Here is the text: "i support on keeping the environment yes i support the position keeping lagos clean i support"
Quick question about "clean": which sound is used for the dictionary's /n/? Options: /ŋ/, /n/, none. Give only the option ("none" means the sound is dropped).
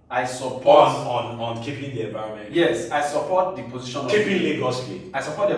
none